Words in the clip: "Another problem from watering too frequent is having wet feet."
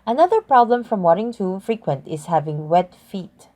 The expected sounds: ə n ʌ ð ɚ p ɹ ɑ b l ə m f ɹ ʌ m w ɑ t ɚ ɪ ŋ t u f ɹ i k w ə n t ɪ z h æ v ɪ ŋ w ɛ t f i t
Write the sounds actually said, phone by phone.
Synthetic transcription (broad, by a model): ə n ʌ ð ɚ p ɹ ɑ b l ə m f ɹ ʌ m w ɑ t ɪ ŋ t u f ɹ i k w ə n t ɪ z h æ v ɪ ŋ w ɛ t f i t